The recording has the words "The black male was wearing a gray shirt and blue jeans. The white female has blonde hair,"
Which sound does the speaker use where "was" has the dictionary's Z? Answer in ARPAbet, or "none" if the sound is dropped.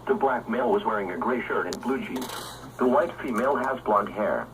Z